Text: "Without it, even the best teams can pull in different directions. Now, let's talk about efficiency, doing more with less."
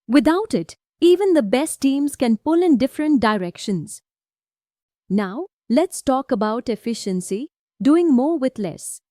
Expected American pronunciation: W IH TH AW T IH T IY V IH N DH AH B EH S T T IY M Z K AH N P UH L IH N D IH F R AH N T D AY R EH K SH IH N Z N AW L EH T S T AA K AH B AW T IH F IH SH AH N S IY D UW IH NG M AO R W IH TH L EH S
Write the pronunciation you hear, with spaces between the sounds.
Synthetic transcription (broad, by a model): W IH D AW T IH T IY V IH N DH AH B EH S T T IY M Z K AH N P UH L IH N D IH F R AH N T D AY R EH K SH IH N Z N AW L EH T S T AA K AH B AW T IH F IH SH AH N S IY D UW IH NG M AO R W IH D L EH S